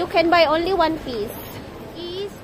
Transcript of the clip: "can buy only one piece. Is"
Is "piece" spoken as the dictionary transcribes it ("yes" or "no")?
no